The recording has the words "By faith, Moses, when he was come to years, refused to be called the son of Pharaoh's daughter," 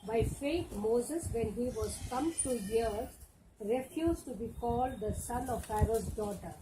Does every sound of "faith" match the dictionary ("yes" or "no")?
no